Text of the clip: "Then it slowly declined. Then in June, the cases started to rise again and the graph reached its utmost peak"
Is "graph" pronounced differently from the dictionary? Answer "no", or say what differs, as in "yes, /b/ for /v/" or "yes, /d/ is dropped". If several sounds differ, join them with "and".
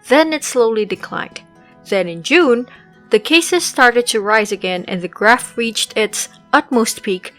no